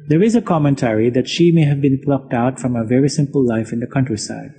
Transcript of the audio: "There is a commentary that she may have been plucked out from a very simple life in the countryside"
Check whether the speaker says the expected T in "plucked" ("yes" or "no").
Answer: yes